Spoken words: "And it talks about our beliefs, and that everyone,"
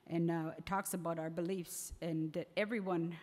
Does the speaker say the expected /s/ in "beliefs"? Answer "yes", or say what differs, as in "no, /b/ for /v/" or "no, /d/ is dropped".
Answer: yes